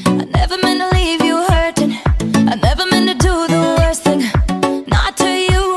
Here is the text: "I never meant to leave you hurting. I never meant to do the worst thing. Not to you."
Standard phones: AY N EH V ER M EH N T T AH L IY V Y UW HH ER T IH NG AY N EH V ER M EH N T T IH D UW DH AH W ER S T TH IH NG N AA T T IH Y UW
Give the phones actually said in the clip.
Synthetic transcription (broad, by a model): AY N EH V ER M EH N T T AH L IY V Y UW HH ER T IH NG AY N EH V ER M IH N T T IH D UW DH AH W ER S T TH IH NG N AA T T IH Y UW